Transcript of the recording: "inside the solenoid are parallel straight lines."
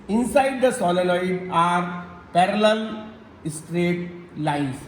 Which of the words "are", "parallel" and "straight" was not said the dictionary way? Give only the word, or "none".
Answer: none